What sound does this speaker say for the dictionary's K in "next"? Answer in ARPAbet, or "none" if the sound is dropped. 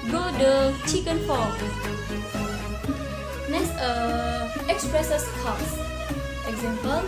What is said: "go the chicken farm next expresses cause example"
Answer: none